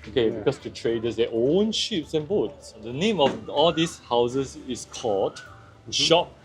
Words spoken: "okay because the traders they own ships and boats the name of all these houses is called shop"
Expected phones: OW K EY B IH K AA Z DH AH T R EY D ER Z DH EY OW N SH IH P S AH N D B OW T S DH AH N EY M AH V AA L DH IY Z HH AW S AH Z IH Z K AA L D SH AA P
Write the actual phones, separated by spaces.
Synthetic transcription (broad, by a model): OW K EY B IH K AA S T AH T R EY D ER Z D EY OW N SH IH P S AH N B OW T S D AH N EY M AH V AA L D IY S HH AW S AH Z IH S K AA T SH AA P